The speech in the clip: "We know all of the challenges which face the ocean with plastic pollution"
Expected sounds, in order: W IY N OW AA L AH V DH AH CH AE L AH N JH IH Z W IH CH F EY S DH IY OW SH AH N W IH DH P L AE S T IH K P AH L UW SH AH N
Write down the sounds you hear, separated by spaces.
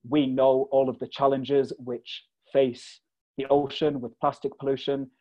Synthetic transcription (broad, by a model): W IY N OW AA L AH V DH AH CH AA L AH N JH IH Z W IH CH F EY S DH IY OW SH AH N W IH DH P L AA S T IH K P AH L UW SH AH N